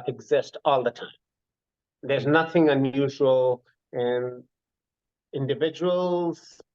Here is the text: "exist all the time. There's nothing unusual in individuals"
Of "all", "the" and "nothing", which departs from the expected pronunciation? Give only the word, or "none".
none